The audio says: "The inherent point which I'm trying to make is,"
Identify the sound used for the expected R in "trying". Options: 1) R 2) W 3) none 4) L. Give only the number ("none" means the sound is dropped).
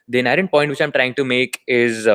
1